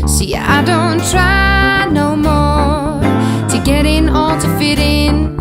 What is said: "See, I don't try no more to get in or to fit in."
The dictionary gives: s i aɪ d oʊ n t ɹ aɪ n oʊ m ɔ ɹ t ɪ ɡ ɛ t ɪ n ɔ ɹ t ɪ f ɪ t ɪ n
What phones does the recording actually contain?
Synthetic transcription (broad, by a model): s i aɪ d oʊ n t ɹ aɪ n oʊ m ɔ ɹ t ɪ ɡ ɛ t ɪ n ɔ l t ɪ f ɪ t ɪ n